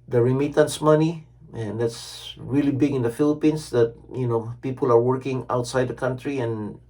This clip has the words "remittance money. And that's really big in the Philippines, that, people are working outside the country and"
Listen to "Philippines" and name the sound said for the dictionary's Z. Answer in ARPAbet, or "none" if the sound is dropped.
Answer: S